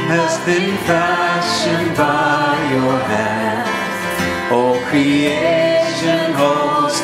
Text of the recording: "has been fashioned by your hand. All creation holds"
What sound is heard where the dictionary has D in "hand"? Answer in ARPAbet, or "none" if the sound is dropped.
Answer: none